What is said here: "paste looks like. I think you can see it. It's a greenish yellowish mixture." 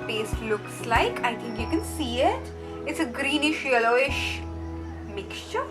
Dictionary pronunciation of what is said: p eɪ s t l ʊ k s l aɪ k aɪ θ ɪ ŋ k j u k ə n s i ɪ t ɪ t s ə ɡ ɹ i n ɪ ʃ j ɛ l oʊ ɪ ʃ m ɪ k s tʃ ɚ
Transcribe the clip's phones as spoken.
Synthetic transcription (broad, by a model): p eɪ s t l ʊ k s l aɪ k aɪ t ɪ ŋ k j u k ə n s i ɪ t ɪ t s ə ɡ ɹ i n ɪ ʃ j ɛ l oʊ ɪ ʃ m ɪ k s tʃ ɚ